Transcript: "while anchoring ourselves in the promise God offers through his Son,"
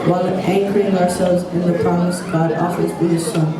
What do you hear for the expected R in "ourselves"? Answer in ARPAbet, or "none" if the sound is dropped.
R